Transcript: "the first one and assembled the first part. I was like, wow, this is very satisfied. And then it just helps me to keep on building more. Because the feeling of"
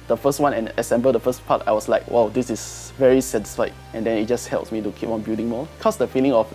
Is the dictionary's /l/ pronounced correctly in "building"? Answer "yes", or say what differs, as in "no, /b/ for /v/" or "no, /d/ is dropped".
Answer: no, /l/ is dropped